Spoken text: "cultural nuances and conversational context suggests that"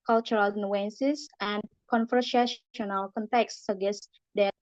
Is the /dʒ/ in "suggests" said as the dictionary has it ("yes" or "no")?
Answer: no